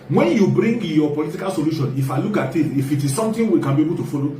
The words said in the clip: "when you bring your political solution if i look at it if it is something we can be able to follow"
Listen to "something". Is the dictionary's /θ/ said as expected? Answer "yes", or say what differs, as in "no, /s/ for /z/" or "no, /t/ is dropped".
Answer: no, /t/ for /θ/